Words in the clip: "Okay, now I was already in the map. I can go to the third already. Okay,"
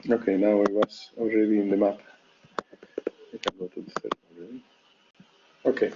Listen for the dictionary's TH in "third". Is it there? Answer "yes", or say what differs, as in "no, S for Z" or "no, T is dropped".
no, S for TH